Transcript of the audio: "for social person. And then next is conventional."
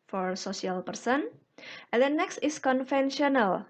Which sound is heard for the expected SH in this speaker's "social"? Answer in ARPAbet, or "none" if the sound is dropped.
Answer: S